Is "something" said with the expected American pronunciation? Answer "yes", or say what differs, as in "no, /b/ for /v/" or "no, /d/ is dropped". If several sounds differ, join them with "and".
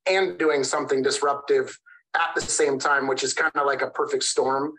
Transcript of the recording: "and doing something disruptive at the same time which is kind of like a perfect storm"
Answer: yes